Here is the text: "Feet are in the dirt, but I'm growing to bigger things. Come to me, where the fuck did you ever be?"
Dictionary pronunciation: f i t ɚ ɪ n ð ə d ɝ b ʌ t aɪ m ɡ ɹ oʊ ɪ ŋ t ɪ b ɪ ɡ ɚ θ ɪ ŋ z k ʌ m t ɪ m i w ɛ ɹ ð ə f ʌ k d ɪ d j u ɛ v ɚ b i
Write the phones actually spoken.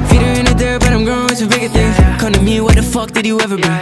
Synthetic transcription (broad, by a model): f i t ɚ ɪ n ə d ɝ b ʌ t aɪ m ɡ oʊ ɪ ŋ s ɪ b ɪ ɡ ɚ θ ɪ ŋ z k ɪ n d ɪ m i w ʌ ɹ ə f ʌ k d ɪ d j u ɛ v ɚ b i